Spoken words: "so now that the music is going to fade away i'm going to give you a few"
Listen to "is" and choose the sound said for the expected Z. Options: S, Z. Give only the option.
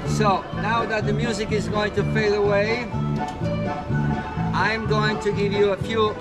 Z